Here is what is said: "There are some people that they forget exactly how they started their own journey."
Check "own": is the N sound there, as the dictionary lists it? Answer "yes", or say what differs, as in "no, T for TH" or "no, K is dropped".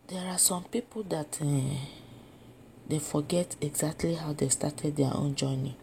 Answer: yes